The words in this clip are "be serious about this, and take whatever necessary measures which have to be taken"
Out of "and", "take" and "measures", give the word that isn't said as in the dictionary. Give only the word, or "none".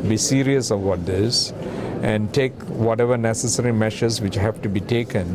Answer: measures